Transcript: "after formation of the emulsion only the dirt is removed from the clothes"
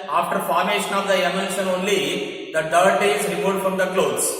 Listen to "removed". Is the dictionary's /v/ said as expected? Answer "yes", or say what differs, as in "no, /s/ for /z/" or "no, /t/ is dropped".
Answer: no, /v/ is dropped